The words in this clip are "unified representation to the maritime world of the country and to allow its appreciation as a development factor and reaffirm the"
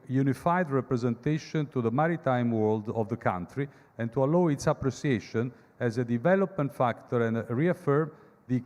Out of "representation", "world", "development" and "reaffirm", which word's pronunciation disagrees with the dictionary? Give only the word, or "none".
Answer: none